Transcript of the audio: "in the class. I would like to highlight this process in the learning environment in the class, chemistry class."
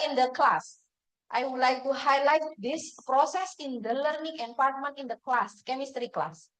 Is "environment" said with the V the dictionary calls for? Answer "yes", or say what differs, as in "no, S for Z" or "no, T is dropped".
no, P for V